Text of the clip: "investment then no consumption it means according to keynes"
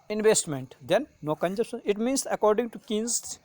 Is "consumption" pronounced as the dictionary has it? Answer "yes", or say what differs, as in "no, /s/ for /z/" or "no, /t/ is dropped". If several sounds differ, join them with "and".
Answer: no, /m/ is dropped